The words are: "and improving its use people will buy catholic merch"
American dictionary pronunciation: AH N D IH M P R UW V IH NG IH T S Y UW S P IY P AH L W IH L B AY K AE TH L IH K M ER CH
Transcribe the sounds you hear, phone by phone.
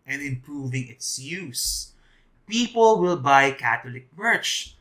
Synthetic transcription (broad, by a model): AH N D IH M P R UW V IH NG IH T S Y UW S P IY P AH L W IH L B AY K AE T L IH K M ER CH